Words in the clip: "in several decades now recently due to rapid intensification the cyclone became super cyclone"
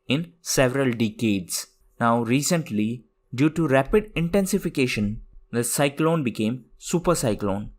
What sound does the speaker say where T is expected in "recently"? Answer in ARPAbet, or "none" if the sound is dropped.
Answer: T